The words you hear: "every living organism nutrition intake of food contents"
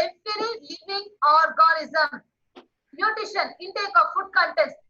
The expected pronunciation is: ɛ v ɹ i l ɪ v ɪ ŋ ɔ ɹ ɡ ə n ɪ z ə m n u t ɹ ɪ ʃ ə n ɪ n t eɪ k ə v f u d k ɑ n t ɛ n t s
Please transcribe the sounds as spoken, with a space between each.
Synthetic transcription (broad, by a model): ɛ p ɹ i l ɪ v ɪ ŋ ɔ ɹ ɡ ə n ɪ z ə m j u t ɪ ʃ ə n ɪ n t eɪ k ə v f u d k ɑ n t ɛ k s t